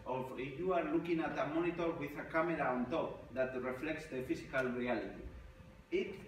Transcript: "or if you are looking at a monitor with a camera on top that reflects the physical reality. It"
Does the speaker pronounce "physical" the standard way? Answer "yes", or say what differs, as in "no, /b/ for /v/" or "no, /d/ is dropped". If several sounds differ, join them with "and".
no, /s/ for /z/